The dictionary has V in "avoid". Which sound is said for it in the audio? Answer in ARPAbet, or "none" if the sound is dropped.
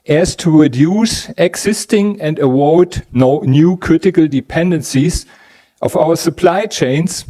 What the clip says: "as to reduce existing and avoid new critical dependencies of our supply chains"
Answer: W